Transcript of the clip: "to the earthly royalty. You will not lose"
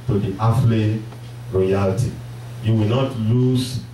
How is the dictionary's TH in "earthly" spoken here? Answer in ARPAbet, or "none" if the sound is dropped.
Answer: F